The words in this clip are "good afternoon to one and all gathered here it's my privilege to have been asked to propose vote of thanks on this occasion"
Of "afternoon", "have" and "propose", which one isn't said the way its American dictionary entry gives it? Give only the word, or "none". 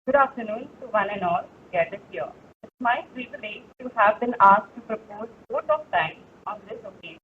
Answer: none